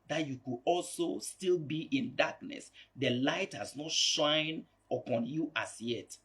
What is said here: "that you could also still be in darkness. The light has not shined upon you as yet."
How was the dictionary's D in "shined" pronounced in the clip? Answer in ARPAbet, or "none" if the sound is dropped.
none